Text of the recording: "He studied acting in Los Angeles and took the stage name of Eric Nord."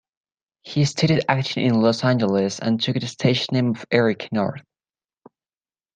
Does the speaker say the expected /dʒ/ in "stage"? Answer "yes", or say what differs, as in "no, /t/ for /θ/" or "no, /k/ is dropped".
no, /ʃ/ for /dʒ/